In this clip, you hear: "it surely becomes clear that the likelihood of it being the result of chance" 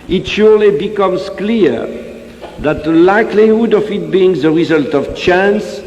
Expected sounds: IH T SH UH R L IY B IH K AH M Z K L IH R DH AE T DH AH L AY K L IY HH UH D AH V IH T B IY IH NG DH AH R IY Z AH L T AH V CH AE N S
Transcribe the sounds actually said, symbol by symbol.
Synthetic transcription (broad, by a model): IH T SH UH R L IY B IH K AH M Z K L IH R DH AE T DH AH L AY K L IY HH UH D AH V IH T B IY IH NG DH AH R IY Z AH L T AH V CH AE N S